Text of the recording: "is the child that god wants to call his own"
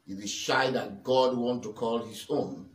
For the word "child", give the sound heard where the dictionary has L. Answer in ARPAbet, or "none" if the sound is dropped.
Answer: none